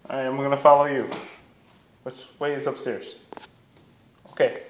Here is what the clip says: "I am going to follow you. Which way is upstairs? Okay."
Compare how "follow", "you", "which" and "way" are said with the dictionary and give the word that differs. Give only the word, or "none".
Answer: which